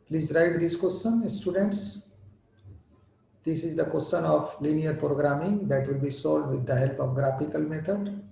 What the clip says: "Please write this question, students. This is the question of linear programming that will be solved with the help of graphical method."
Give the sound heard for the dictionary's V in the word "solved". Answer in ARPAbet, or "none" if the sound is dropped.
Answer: none